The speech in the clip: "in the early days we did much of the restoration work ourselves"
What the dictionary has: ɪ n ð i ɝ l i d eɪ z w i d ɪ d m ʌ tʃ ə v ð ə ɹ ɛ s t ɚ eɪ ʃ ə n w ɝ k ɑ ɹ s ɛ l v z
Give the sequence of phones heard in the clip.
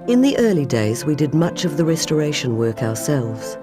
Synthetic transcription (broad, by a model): ɪ n ð i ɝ l i d eɪ z w i d ɪ d m ʌ tʃ ə v ð ə ɹ ɛ s t ɚ eɪ ʃ ə n w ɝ k ɑ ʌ s ɛ l v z